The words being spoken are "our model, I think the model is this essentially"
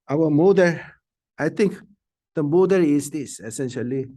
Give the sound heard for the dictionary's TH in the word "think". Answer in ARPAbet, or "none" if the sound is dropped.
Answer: T